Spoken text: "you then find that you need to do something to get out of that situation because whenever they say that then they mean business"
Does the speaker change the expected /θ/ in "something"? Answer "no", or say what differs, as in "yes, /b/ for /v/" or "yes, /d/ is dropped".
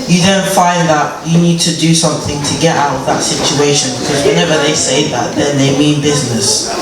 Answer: no